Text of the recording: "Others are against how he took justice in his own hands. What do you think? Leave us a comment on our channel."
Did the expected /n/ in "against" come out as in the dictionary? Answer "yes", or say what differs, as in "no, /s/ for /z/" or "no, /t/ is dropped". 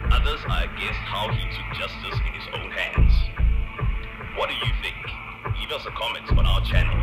no, /n/ is dropped